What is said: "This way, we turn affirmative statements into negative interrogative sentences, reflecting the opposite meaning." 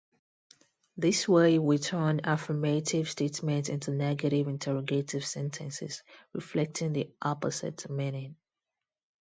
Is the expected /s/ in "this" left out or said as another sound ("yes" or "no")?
no